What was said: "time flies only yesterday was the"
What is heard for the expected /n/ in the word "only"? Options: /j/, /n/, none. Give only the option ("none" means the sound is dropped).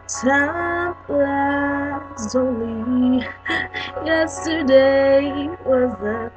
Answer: none